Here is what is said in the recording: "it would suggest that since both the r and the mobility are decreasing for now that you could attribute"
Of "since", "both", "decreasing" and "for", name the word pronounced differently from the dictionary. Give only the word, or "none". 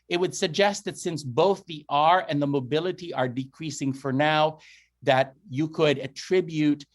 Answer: none